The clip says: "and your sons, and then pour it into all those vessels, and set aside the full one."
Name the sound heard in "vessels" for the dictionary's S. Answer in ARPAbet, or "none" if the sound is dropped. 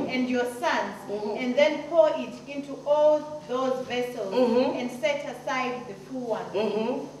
S